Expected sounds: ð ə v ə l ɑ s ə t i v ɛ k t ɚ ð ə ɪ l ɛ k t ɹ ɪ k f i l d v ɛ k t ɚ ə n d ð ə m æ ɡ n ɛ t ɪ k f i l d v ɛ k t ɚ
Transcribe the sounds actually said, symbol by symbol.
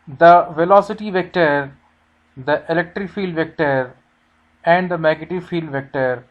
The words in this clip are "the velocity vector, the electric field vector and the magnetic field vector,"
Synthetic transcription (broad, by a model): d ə v ə l ɑ s ə t i v ɛ k t ɚ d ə ɪ l ɛ k t ɹ ɪ k f i l d v ɛ k t ɚ ə n d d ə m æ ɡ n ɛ t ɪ f i l d v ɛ k t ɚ